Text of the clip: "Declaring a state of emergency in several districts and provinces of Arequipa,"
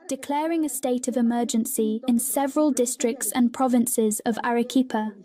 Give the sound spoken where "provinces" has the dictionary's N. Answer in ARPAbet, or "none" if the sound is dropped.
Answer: N